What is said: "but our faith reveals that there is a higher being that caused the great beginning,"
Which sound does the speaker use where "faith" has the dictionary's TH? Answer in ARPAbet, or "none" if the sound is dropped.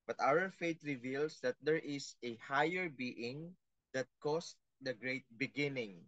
T